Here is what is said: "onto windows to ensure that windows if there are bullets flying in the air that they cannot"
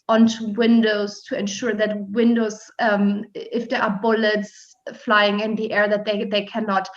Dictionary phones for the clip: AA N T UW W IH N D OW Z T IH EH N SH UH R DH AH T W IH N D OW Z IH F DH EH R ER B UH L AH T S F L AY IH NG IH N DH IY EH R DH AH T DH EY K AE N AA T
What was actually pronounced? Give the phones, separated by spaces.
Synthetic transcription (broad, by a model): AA N T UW W IH N D OW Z T IH EH N SH UH R DH AH T W IH N D OW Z IH F DH EH R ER B UH L AH T S F L AY IH NG IH N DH IY EH R DH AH T DH EY K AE N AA T